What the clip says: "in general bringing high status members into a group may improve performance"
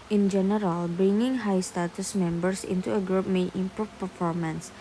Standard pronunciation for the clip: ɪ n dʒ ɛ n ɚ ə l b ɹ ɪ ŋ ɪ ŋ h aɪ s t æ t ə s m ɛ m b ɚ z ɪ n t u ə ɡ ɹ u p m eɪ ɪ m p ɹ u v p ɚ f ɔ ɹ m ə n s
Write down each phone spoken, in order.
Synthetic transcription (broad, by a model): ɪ n dʒ ɛ n ɚ ə l b ɹ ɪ ŋ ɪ ŋ h aɪ s t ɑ t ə s m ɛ m b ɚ s ɪ n t u ə ɡ ɹ u p m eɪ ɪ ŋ p u p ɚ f ɔ ɹ m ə n s